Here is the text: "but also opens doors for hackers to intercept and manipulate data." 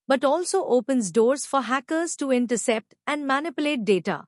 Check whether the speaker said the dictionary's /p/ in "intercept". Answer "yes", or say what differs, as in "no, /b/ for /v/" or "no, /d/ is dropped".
yes